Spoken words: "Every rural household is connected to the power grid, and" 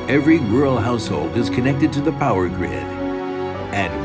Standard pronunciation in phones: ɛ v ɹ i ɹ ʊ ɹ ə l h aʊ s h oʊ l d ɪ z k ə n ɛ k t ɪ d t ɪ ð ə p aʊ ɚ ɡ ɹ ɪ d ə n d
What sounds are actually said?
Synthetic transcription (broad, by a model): ɛ v ɹ i w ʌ ɹ l h aʊ s h oʊ l d ɪ z k ə n ɛ k t ɪ d t ɪ ð ə p aʊ ɚ ɡ ɹ ɪ d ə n